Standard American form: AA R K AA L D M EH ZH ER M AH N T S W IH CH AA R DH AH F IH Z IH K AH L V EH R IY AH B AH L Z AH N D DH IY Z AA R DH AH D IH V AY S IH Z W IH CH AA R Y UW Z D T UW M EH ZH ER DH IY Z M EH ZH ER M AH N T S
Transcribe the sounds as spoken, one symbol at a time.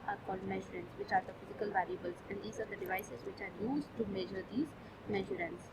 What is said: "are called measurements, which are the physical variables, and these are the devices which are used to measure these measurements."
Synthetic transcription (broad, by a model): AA R K AA L D M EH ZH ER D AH N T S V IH CH AA R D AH F IH Z IH K AH L V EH L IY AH B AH L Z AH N D IY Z AA R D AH D IH V AY S IH Z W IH CH AA R Y UW Z D T UW M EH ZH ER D IY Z M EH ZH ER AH N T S